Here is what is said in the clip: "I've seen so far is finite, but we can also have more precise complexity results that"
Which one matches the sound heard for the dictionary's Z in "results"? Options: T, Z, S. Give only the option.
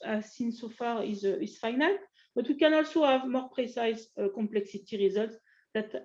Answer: Z